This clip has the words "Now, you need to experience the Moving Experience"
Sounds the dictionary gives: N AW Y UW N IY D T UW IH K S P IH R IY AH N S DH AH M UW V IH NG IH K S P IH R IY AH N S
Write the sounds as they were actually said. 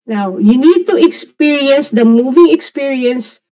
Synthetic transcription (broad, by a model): N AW Y UW N IY D T UW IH K S P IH R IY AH N S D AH M UW V IH NG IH K S P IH R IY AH N S